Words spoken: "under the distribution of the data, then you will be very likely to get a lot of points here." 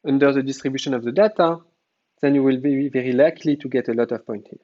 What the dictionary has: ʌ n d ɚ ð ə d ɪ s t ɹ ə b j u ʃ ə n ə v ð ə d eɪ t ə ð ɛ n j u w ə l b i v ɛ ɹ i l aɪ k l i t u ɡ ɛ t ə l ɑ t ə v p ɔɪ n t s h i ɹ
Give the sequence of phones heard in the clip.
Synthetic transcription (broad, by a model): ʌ n d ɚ ð ə d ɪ s t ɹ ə b j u ʃ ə n ə v ð ə d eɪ t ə ð ɛ n j u w ə l b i v ɛ ɹ i l aɪ k l i t u ɡ ɛ t ə l ɑ t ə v p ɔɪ n t h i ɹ